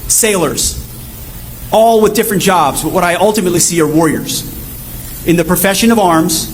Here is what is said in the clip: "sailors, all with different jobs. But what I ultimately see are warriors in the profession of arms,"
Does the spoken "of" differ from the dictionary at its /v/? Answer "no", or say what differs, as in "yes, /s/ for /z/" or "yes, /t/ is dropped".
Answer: no